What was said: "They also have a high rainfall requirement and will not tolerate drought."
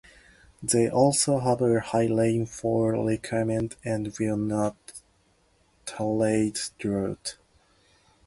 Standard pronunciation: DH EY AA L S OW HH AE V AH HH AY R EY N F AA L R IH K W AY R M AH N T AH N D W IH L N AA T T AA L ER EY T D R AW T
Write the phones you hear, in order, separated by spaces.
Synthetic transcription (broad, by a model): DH EY AA L S OW HH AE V AH HH AY L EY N F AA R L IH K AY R M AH N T AH N D W IH L N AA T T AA L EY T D R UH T